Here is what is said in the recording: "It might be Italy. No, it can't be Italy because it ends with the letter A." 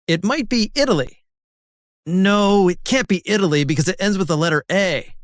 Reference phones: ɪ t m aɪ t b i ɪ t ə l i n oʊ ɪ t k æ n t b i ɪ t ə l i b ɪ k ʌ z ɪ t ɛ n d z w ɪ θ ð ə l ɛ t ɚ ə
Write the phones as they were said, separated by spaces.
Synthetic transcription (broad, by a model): ɪ t m aɪ t b i ɪ t l i n oʊ ɪ t k æ n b i ɪ t l i b ɪ k ʌ z ɪ t ɛ n d z w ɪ ð ə l ɛ t ɚ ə